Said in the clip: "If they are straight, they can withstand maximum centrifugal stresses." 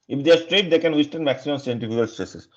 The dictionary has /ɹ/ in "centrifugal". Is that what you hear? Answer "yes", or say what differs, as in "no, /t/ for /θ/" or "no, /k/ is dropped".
no, /ɹ/ is dropped